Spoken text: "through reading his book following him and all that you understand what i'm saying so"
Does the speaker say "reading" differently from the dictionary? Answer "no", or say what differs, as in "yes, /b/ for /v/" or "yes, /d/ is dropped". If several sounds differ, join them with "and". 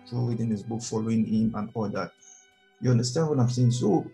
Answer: yes, /w/ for /ɹ/